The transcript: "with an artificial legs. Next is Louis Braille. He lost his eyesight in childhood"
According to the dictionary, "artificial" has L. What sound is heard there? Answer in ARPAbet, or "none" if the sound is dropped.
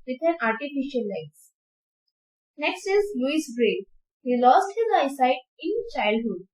L